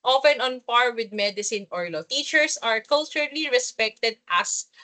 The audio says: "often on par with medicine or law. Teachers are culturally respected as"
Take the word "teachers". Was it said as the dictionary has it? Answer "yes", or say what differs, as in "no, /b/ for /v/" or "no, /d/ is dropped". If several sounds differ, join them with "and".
no, /s/ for /z/